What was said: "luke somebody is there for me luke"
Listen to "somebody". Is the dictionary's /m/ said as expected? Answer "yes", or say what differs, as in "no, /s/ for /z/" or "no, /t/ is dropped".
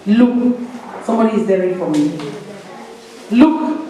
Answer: yes